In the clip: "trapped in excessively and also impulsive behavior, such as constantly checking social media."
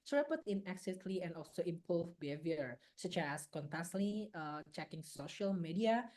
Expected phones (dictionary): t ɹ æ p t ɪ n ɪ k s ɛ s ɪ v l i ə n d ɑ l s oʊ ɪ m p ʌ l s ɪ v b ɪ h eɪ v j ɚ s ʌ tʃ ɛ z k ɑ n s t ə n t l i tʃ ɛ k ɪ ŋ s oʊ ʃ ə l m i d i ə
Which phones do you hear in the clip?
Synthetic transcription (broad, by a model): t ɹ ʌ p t ɪ n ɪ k s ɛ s l i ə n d ɑ l s oʊ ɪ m p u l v b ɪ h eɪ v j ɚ s ʌ tʃ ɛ s k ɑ n t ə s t l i tʃ ɛ k ɪ ŋ s oʊ ʃ ə l m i d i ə